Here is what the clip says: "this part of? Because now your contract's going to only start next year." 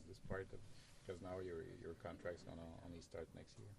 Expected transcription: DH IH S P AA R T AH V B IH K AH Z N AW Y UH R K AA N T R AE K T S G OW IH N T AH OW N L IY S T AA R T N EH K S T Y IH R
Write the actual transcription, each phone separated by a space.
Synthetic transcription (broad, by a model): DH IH S P AA R T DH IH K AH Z N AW Y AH R K AA N T R AE K T S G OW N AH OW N IY S T AA R T N EH K S T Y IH R